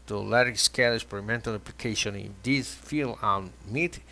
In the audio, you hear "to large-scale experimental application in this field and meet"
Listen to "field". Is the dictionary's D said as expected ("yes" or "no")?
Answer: no